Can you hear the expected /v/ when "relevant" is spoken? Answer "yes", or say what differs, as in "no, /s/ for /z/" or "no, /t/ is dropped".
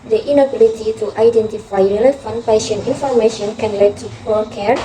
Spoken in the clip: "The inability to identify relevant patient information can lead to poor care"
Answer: no, /f/ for /v/